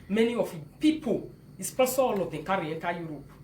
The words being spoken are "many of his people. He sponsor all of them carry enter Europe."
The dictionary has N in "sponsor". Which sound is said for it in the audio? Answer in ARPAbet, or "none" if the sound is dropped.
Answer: none